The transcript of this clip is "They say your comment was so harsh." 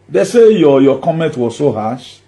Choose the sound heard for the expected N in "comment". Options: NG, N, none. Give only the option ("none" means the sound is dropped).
N